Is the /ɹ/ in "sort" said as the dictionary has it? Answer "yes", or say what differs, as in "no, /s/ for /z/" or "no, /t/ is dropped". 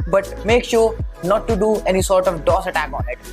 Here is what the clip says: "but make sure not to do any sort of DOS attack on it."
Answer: yes